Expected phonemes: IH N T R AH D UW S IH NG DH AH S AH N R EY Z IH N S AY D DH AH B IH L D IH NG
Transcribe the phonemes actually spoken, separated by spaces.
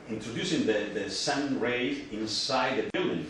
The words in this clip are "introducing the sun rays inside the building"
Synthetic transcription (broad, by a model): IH N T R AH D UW S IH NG DH AH S AH N R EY IH N S AY D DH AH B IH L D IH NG